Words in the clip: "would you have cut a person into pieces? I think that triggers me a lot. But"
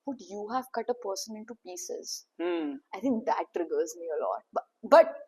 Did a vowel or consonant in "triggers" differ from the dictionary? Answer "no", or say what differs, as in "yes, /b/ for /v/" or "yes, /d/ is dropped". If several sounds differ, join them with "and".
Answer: no